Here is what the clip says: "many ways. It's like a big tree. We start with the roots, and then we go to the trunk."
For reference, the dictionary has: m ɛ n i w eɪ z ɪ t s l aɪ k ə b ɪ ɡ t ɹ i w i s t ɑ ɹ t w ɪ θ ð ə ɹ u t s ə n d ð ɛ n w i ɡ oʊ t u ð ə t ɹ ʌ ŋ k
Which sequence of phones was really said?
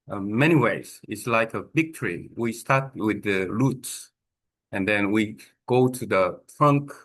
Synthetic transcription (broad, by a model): m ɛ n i w eɪ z ɪ t s l aɪ k ə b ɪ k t ɹ i w i s t ɑ ɹ t w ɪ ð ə l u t s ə n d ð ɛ n w i ɡ oʊ t u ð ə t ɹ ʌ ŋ k